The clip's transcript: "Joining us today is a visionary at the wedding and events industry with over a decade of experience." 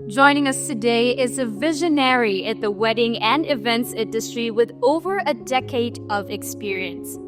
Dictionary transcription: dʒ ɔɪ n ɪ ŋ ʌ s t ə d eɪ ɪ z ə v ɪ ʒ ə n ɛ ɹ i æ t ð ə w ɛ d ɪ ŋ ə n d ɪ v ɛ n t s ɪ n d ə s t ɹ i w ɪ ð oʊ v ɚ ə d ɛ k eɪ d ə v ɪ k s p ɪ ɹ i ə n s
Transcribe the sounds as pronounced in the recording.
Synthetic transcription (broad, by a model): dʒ ɔɪ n ɪ ŋ ʌ s t ə d eɪ ɪ z ə v ɪ ʒ ə n ɛ ɹ i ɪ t ð ə w ɛ d ɪ ŋ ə n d ɪ v ɛ n t s ɪ n d ə s t ɹ i w ɪ ð oʊ v ɚ ə d ɛ k eɪ d ə v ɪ k s p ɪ ɹ i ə n s